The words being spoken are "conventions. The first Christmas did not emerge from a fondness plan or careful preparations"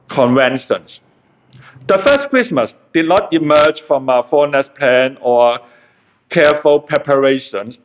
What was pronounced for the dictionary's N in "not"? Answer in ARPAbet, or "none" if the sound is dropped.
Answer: N